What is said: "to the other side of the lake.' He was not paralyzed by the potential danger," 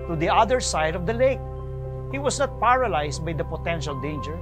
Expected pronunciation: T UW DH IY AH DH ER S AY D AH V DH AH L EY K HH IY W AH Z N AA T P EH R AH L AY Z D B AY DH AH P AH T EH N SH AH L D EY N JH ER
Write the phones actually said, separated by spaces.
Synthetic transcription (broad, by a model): T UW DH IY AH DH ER S AY D AH V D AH L EY K HH IY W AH S N AA T P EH R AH L AY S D B AY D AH P AH T EH N SH AH L D EY N JH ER